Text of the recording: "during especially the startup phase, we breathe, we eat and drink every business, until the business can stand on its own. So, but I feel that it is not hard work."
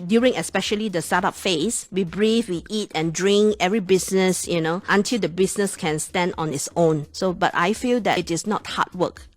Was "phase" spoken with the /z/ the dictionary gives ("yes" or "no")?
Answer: no